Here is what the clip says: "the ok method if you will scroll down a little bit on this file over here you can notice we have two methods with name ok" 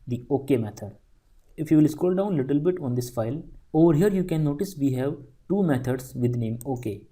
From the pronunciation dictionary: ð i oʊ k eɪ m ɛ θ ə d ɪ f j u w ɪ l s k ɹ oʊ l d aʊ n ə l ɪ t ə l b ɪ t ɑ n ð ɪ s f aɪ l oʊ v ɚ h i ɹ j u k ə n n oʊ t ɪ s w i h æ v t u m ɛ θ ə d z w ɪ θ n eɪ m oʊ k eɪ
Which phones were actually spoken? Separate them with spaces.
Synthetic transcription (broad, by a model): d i oʊ k eɪ m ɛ t ə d ɪ f j u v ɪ l s k oʊ l d aʊ n l ɪ t ə l b ɪ t ɑ n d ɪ s f aɪ l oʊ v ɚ h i ɹ j u k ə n n oʊ t ɪ s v i h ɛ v t u m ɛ t ə d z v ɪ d n eɪ m oʊ k eɪ